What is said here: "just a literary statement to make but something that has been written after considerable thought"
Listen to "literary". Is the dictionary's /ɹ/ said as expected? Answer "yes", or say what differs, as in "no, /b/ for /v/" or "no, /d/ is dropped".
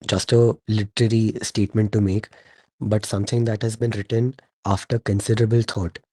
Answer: yes